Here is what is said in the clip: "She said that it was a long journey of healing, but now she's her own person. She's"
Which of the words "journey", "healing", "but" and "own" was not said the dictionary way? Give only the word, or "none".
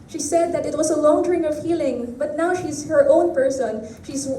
journey